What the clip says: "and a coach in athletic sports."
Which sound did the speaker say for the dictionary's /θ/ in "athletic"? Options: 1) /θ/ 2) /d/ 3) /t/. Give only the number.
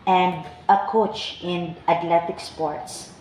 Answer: 3